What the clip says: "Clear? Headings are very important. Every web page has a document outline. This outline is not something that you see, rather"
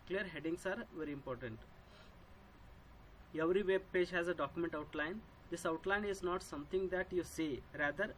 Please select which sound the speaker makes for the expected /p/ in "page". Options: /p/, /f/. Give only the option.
/p/